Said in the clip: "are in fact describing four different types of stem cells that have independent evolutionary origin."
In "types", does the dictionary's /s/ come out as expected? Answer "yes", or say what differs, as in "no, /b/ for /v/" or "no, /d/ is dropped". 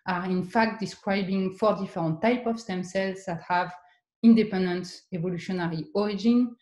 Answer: no, /s/ is dropped